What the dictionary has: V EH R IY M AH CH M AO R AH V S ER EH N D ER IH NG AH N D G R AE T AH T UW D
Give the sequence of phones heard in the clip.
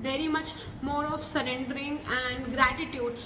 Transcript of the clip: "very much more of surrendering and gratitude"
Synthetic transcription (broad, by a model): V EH R IY M AH CH M AO R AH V S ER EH N D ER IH NG AH N D G R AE T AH T UW D